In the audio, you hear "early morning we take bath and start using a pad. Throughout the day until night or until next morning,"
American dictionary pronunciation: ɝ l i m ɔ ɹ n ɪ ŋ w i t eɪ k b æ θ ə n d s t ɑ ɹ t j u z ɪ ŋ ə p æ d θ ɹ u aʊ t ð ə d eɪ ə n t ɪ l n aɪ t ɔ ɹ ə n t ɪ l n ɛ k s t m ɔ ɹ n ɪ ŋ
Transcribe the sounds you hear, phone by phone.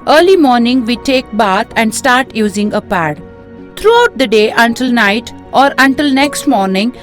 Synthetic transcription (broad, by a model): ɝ l i m ɔ ɹ n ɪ ŋ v i t eɪ k b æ t ə n d s t ɑ ɹ t j u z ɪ ŋ ə p æ d t ɹ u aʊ t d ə d eɪ ə n t ɪ l n aɪ t ɔ ɹ ə n t ɪ l n ɛ k s t m ɔ ɹ n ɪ ŋ